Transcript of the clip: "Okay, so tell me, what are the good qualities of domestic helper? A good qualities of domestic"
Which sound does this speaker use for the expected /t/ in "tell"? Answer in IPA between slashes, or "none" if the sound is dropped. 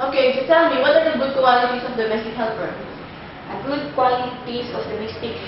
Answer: /s/